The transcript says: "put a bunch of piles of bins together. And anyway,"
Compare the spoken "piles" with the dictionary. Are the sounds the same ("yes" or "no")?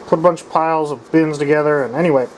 yes